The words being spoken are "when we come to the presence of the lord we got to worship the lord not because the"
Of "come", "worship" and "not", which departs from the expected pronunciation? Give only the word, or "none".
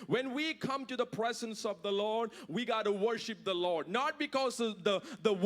none